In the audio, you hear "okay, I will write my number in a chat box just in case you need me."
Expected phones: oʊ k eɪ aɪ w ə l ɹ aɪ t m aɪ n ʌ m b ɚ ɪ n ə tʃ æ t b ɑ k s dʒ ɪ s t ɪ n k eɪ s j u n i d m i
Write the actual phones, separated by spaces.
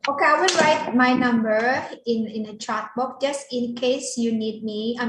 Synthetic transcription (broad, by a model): oʊ k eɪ aɪ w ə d ɹ aɪ t m aɪ n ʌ m b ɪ ɪ n ə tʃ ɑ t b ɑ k dʒ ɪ s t ɪ n k eɪ s j u n i d m i